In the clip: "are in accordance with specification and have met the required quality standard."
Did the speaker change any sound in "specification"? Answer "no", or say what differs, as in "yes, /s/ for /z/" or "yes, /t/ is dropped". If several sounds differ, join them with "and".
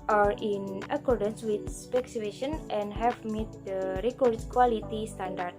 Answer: yes, /k/ is dropped